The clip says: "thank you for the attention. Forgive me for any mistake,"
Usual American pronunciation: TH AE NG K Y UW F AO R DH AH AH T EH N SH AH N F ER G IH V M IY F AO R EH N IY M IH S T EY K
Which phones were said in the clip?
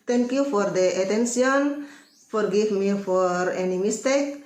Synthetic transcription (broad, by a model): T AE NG K Y UW F AO R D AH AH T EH N S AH N F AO G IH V M IY F AO R EH N IY M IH S T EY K